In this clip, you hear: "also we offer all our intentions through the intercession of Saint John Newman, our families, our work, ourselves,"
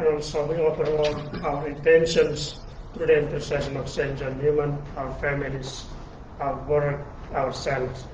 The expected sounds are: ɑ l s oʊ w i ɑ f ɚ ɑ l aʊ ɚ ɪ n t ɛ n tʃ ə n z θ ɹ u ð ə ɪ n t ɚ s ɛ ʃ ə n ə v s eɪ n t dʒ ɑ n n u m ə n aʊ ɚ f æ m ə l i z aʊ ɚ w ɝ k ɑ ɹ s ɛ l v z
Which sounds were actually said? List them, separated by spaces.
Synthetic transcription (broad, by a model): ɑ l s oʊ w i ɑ p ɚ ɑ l aʊ ɚ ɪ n t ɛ n ʃ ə n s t ɹ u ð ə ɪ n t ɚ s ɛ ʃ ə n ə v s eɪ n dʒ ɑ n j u m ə n aʊ ɚ f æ m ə l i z aʊ ɚ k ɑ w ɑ ɹ s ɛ l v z